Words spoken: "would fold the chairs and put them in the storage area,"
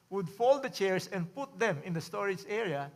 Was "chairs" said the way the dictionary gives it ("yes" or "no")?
no